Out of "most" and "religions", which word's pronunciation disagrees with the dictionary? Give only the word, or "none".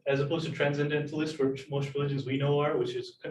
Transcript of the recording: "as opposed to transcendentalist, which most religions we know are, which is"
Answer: none